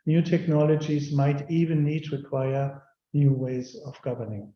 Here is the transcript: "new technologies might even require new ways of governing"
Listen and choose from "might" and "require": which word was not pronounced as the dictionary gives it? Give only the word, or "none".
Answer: none